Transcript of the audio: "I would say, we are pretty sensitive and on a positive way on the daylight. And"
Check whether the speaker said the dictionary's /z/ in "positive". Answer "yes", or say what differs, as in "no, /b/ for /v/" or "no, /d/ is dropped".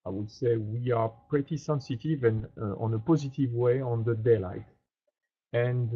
yes